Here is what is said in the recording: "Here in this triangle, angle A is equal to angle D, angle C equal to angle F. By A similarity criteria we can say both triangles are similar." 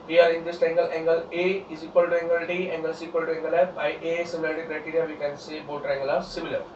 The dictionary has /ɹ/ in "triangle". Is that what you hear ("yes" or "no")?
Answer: no